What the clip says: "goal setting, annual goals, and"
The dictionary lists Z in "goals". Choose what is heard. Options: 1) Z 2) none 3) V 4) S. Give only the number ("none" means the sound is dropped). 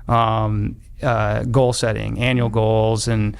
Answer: 1